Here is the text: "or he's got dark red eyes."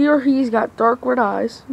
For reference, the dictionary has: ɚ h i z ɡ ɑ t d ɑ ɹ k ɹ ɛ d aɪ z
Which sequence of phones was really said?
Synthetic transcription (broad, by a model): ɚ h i z ɡ ɑ t d ɑ ɹ k w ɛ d aɪ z